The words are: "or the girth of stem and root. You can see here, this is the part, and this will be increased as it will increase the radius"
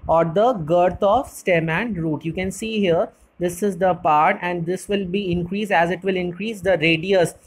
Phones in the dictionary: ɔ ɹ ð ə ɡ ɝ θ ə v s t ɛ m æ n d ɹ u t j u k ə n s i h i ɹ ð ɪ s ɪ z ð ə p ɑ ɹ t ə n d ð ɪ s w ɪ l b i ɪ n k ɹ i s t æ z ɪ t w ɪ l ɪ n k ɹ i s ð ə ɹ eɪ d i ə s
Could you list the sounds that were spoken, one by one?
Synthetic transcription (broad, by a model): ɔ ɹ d ə ɡ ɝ t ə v s t ɛ m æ n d ɹ u t j u k ə n s i h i ɹ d ɪ s ɪ z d ə p ɑ ɹ t ə n d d ɪ s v ɪ l b i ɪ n k ɹ i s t æ z ɪ t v ɪ l ɪ n k ɹ i s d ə ɹ eɪ d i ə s